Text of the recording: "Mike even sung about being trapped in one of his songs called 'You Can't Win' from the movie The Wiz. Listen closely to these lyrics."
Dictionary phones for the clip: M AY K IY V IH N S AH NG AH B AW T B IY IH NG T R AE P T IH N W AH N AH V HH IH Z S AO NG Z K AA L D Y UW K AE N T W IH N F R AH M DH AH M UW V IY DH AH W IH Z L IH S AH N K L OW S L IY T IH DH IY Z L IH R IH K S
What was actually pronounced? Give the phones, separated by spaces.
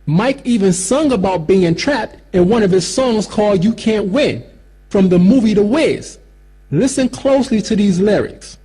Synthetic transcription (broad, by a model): M AY K IY V IH N S AH NG AH B AW T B IY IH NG T R AE P T IH N W AH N AH V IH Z S AO NG Z K AA L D Y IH K AE N T W IH N F R AH M DH AH M UW V IY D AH W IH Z L IH S AH N K L OW S L IY T IH DH IY Z L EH R IH K S